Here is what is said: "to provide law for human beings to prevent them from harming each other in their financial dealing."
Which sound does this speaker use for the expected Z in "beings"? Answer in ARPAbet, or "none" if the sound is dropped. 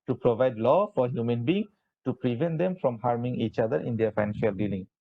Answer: none